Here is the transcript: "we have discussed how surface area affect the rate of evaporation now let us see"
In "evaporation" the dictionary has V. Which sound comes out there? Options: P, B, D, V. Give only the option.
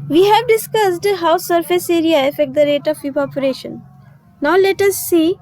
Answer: P